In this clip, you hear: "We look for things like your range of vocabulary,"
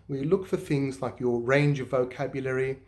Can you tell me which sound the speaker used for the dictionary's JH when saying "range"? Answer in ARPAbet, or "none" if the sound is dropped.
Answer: JH